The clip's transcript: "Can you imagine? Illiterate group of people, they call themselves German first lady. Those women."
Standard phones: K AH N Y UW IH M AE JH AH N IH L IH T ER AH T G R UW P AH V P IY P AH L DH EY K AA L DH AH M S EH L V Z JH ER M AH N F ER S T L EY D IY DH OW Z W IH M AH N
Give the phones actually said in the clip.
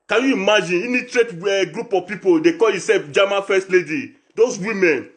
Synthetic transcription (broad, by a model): K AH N Y UW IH M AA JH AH N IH N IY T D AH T G R UW P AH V P IY P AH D EY K AA L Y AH S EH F JH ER M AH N F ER S T L EY D IY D OW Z W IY M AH N